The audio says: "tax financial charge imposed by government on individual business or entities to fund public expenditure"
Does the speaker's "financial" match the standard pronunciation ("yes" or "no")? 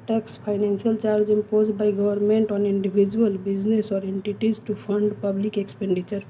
no